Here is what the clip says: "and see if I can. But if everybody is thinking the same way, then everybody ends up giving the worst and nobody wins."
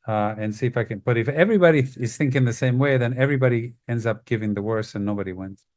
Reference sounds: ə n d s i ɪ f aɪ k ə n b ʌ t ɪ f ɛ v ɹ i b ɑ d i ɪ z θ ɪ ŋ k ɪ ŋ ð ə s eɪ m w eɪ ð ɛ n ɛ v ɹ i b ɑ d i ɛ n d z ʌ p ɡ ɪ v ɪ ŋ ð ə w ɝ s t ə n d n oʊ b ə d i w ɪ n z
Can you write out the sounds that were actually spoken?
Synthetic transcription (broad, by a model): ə n s i ɪ f aɪ k ə n b ʌ t ɪ f ɛ v ɹ i b ɑ d i ɪ z θ ɪ ŋ k ɪ ŋ ð ə s eɪ m w eɪ ð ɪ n ɛ v ɹ i b ɑ d i ɛ n d z ʌ p ɡ ɪ v ɪ ŋ ð ə w ɝ s ə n n oʊ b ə d i w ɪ n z